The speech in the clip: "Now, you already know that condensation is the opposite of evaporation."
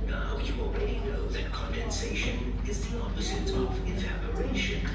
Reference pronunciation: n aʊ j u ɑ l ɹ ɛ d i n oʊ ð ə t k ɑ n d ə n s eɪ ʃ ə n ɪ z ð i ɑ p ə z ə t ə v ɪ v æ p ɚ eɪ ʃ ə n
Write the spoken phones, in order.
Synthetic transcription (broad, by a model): n aʊ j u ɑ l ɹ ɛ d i n oʊ ð ə t k ɑ n d ə n s eɪ ʃ ə n ɪ z ð i ɑ p ə z ə t ə v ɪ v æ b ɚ eɪ ʃ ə n